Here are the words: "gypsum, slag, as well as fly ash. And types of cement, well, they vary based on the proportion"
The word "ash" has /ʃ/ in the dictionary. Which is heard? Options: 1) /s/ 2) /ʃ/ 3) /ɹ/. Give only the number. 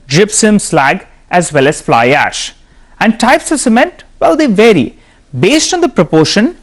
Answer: 2